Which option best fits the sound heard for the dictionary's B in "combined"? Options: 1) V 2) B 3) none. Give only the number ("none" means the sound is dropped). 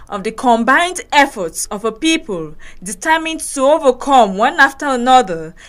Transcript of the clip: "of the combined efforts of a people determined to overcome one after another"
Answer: 2